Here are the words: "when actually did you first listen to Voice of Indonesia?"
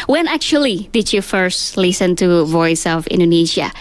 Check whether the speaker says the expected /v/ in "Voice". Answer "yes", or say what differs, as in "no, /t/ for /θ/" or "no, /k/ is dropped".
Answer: yes